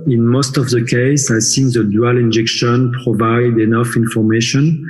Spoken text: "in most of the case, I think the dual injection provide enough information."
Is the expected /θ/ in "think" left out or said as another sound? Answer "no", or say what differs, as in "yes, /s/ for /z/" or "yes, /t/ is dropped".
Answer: yes, /s/ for /θ/